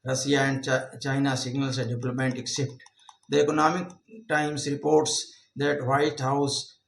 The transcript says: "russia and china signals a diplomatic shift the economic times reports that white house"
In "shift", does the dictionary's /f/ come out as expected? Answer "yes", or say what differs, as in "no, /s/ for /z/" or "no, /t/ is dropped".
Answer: no, /p/ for /f/